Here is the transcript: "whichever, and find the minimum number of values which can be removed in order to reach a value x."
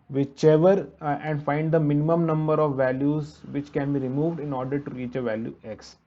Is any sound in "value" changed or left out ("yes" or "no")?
no